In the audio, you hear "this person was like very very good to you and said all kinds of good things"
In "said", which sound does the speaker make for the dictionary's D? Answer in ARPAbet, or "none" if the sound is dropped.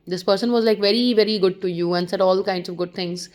D